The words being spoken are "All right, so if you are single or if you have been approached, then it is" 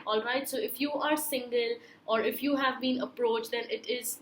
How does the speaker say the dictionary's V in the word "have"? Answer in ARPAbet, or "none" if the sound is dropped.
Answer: V